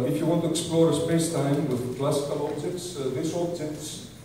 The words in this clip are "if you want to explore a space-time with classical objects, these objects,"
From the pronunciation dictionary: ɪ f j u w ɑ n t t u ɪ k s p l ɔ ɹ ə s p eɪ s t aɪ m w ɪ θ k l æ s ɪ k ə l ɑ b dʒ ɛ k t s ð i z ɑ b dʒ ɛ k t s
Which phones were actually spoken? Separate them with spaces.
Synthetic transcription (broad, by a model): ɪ f j u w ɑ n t t u ɪ k s p l ɔ ɹ ə s p eɪ s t aɪ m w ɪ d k l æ s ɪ k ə l ɑ b dʒ ɛ k t s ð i s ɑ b dʒ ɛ k t s